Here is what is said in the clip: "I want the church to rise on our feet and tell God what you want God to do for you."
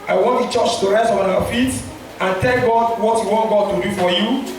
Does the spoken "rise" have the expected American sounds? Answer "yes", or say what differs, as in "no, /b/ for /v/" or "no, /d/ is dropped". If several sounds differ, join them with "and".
no, /s/ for /z/